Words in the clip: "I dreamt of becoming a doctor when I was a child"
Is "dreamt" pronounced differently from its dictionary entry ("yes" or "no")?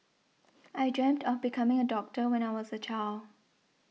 no